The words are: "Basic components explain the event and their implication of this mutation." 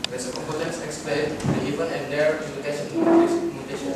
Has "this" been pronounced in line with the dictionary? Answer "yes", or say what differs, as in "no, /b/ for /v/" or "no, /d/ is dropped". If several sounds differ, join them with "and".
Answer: no, /s/ is dropped